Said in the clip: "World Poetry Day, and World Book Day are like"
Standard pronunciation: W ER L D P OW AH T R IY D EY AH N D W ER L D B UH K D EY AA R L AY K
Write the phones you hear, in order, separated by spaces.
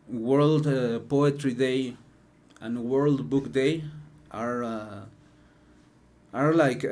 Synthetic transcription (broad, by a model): W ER L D P OW AH T R IY D EY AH N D W ER L D B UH K D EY AA R L AY K